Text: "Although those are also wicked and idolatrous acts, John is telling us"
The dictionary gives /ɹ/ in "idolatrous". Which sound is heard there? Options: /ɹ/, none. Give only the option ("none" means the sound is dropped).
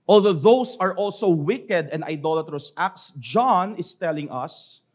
/ɹ/